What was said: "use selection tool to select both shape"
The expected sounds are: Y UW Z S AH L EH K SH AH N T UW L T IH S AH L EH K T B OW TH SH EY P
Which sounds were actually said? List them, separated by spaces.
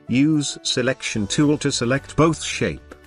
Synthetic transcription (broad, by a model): Y UW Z S AH L EH K SH AH N T UW L T IH S AH L EH K T B OW TH SH EY P